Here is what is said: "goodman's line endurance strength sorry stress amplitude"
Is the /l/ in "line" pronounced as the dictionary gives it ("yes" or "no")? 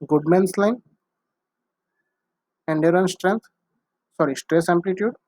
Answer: yes